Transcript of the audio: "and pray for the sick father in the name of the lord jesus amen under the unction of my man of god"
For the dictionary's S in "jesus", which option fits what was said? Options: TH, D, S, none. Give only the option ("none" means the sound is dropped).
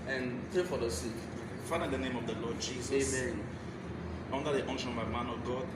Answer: none